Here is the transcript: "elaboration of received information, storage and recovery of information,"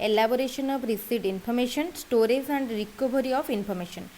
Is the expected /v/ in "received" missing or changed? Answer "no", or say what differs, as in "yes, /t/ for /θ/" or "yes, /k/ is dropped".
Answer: yes, /v/ is dropped